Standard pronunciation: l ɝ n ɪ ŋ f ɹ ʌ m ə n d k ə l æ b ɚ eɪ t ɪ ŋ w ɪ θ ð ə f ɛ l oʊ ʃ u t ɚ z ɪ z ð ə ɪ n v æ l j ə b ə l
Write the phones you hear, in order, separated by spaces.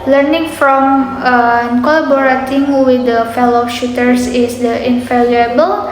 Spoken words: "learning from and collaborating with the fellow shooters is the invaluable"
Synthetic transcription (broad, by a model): l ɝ n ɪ ŋ f ɹ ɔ m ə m k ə l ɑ b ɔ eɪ t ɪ ŋ w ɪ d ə f ɛ l oʊ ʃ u t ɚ s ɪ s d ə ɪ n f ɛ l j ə b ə l